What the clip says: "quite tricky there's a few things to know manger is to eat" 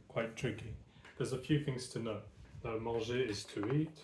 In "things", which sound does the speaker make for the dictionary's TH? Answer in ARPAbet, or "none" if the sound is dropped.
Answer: TH